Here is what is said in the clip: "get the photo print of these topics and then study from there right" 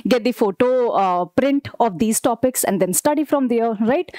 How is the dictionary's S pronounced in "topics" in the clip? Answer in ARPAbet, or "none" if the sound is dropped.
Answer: S